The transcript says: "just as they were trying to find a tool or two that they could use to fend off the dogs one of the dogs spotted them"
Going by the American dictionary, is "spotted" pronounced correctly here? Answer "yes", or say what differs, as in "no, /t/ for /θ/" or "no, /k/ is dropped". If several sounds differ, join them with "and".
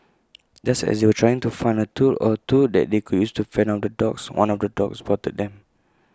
no, /b/ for /p/